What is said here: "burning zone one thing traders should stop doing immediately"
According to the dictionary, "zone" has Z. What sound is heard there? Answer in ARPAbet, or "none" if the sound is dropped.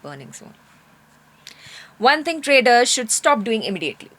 S